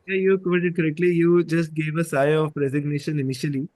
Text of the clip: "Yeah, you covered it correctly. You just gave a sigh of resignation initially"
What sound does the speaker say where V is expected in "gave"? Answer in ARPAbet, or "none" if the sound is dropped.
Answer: V